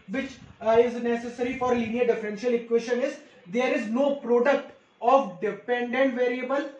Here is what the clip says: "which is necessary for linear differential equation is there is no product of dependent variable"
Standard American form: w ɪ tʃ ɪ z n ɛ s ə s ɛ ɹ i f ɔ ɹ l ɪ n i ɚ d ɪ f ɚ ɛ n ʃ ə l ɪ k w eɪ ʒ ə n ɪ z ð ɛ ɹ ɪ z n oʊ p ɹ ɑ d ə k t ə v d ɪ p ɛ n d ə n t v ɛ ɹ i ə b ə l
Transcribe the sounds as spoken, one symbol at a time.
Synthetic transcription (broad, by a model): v ɪ tʃ ɪ z n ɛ s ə s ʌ ɹ i f ɔ ɹ l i n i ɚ d ɪ f ɚ ɛ n ʃ ə l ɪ k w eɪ ʃ ə n ɪ z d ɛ ɹ ɪ z n oʊ p ɹ ɑ d ə k t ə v d ɪ p ɛ n d ə n t v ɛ ɹ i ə b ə l